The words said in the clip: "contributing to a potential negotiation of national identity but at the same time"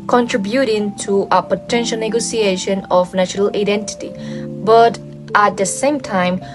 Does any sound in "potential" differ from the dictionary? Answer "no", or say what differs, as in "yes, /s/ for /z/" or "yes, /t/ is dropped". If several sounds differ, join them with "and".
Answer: no